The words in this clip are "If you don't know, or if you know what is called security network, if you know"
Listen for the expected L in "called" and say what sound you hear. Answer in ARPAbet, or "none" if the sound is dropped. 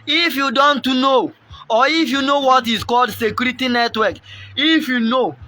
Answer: L